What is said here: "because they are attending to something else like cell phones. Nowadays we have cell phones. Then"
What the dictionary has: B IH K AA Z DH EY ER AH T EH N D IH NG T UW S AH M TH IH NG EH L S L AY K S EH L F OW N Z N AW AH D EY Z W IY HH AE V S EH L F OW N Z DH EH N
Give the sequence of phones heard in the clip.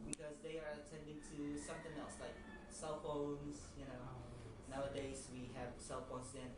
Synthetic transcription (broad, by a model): B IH K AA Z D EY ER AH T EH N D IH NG T UW S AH M T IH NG EH L S L AY K S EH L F OW N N N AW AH D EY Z W IY HH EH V S EH L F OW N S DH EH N